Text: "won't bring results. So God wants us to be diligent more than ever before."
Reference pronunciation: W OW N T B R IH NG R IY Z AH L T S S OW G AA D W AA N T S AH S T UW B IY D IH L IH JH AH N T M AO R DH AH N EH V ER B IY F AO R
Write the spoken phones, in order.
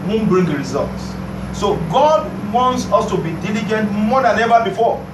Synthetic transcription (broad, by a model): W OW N B R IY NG R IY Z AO L T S S OW G AA D W AA N T S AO S T UW B IY D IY L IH JH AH N T M AO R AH N EH V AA B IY F AO